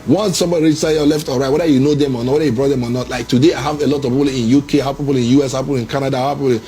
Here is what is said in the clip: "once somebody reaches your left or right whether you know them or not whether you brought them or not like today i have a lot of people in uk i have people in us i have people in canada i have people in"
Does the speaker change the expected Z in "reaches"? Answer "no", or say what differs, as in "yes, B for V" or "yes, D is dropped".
yes, Z is dropped